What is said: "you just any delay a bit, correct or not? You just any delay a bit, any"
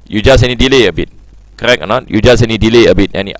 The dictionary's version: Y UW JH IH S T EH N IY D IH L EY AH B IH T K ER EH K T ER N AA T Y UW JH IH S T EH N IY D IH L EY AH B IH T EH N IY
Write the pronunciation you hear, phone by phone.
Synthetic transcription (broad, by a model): Y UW JH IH S EH N IY D IH L EY AH B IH T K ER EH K ER N AA T Y UW JH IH S EH N IY D IH L EY AH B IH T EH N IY